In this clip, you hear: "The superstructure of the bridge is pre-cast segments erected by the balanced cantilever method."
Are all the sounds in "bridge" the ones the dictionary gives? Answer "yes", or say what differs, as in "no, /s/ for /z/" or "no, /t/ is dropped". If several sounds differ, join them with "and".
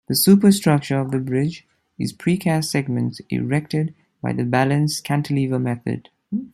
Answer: yes